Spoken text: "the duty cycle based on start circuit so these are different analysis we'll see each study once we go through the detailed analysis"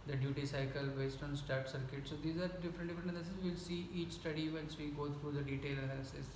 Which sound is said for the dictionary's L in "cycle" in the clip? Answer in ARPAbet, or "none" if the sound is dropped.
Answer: L